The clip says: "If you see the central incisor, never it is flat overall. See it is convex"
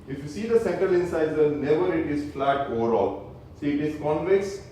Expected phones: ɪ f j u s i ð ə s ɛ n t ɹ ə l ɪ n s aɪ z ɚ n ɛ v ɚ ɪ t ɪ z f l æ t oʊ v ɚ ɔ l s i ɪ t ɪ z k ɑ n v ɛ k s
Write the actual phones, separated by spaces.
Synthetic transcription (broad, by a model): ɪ f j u s i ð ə s ɛ n t ɹ ə l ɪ n s aɪ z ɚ n ɛ v ɚ ɪ t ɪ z f l æ t oʊ v ɚ ɔ l s i ɪ t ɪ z k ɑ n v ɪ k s